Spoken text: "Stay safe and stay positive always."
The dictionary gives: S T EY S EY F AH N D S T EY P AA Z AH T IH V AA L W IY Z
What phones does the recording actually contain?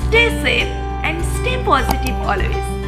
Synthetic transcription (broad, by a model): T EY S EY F AH N D S T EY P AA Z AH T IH B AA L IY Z